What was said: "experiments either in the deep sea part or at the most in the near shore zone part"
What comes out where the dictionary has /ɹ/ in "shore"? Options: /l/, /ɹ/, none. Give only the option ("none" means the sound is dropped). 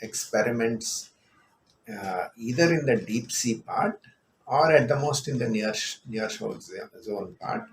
/l/